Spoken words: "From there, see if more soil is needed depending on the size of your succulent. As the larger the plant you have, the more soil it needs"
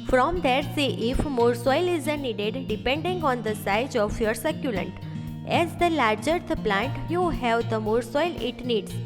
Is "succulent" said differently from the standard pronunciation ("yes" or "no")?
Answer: no